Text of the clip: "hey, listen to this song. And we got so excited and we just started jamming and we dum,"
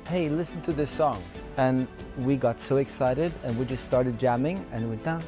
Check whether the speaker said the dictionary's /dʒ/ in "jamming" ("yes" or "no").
yes